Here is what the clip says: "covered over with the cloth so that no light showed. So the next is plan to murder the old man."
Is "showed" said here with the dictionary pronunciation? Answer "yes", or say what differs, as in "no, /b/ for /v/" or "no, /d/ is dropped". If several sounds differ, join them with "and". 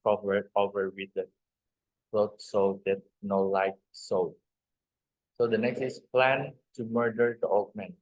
no, /s/ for /ʃ/